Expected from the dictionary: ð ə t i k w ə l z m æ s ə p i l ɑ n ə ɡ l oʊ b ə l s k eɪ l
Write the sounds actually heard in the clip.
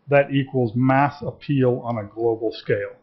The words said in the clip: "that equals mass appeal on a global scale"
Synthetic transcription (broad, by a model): ð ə t i k w ə l z m æ s ə p i l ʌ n ə ɡ l oʊ b l s k eɪ l